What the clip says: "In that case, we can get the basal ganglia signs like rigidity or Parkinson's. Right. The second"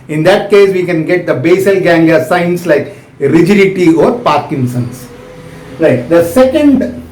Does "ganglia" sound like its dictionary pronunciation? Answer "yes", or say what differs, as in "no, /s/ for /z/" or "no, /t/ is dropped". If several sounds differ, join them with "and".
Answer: no, /l/ is dropped